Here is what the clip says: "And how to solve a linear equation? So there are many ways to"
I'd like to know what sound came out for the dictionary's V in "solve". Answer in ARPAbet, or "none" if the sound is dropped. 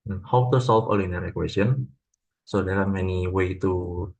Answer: F